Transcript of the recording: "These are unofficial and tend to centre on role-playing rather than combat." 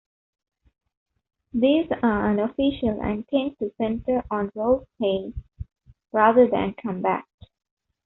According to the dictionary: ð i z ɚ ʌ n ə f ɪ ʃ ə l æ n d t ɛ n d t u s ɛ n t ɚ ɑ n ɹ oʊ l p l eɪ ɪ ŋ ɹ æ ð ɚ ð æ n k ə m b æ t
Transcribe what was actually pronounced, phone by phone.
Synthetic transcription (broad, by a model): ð i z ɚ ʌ n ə f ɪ ʃ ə l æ n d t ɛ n t u s ɛ n t ɚ ɑ n ɹ oʊ l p eɪ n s ɹ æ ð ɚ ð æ n k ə m b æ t